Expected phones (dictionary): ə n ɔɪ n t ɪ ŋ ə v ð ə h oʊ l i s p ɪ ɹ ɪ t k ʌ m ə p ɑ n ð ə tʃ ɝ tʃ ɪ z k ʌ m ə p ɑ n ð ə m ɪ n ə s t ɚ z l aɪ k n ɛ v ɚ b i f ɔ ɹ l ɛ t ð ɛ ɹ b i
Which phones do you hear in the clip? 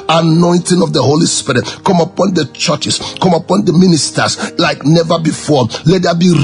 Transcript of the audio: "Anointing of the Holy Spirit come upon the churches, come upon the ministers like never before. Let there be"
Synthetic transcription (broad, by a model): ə n ɔɪ n t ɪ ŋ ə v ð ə h oʊ l i s p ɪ ɹ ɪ t k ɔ m ə p ɑ n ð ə tʃ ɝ tʃ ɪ s k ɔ m ə p ɑ n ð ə m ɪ n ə s t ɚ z l aɪ k n ɛ v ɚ b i f ɔ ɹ l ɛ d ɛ b i